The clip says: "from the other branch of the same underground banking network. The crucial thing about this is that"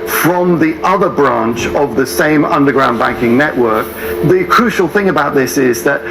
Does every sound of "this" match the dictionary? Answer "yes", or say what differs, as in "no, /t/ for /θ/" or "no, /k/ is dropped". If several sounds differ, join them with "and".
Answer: yes